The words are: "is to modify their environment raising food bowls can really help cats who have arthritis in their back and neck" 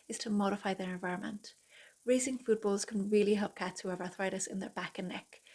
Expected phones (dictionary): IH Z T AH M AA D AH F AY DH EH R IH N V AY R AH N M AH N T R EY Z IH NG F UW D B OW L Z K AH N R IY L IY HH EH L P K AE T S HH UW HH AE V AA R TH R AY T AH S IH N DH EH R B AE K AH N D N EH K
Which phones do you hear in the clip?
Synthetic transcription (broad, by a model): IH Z T AH M AA D AH F AY DH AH R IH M V AY R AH N M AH N T R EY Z IH NG F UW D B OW L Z K AH N R IY L IY HH EH L P K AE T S HH UW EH V AA R TH R AY T AH S IH N DH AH R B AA K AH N N EH K